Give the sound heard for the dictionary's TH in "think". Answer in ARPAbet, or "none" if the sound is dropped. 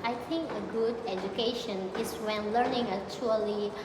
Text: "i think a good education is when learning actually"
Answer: T